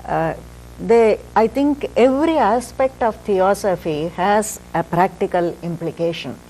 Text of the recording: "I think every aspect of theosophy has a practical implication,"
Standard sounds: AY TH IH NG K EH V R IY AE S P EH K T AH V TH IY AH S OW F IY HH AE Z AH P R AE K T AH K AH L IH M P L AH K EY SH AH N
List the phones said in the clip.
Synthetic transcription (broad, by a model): AY T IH NG K EH V R IY AE S P EH K T AH V T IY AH S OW F IY HH AE Z AH P R AE K T AH K AH L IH M P L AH K EY SH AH N